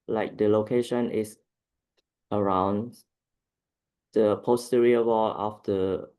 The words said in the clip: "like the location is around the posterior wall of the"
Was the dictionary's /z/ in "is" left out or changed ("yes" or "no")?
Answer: yes